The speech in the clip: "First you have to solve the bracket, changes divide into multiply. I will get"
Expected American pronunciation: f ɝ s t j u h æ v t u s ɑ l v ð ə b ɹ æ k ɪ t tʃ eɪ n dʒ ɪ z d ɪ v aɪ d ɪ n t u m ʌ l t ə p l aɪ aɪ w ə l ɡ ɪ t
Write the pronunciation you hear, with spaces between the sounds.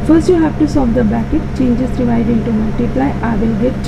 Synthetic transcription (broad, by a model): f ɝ s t j u h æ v t u s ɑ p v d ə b æ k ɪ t tʃ eɪ n dʒ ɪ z d ɪ v aɪ d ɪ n t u m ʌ l t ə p l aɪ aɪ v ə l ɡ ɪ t